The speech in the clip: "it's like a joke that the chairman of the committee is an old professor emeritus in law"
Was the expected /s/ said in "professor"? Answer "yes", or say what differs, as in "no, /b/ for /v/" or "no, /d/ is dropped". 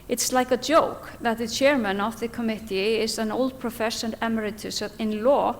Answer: no, /ʃ/ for /s/